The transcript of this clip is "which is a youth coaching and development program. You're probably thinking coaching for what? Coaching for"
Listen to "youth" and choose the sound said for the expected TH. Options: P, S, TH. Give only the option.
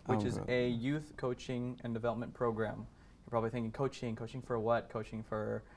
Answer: TH